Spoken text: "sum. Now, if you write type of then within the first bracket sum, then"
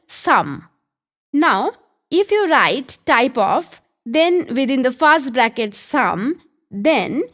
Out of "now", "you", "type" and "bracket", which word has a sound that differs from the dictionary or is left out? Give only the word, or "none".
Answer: none